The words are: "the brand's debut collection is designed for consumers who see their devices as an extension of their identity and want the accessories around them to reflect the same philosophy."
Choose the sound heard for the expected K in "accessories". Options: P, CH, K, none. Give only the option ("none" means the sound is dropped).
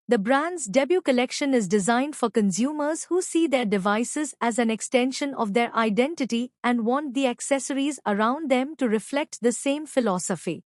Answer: K